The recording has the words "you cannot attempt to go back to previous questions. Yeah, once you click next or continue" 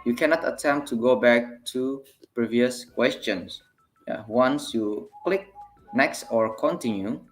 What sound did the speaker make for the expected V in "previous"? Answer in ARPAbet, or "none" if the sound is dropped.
V